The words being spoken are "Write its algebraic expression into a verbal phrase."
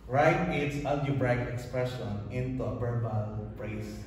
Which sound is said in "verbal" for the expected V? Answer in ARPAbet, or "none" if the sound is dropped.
B